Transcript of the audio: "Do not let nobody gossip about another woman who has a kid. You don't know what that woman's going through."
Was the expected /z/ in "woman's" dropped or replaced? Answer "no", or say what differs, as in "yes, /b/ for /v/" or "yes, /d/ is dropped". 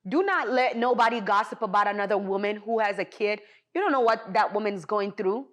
no